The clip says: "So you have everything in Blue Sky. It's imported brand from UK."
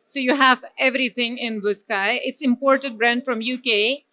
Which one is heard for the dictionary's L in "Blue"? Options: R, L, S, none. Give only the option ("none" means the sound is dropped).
none